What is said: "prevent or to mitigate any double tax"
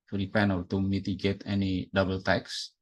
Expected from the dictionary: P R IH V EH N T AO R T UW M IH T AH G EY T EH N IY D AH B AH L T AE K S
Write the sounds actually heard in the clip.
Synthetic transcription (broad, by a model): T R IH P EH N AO L T UW M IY T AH G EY T EH N IY D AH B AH L T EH K S